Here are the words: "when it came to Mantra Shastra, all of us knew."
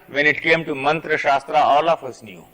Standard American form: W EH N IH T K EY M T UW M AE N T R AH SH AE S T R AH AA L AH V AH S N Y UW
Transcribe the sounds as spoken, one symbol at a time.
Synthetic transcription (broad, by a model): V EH N IH T K EY M T UW M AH N T R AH SH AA S T R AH AA L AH F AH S N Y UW